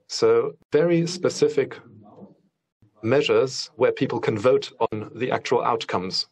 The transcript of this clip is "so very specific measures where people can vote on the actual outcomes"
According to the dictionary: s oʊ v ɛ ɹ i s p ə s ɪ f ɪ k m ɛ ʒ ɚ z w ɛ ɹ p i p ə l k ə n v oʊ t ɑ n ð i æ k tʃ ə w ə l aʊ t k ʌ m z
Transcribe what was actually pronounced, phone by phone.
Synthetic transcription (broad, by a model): s oʊ v ɛ ɹ i s p ə s ɪ f ɪ k m ɛ ʒ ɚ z w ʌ p i p ə l k ə n v oʊ t n ð i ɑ k tʃ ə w ə l aʊ t k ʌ m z